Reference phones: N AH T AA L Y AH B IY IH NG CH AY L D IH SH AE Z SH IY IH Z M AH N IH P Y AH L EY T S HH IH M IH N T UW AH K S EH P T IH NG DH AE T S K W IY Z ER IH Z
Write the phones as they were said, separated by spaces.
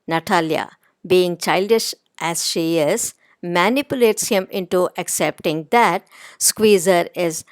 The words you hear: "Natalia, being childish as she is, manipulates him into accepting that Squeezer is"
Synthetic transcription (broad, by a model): N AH T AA L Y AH B IY IH NG CH AY L D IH SH AE Z SH IY IH Z M AH N IH P Y AH L EY T S HH IH M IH N T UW AH K S EH P T IH NG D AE T S K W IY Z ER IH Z